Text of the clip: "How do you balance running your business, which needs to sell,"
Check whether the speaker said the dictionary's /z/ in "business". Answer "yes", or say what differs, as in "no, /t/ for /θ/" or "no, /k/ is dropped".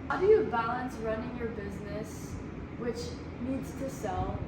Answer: yes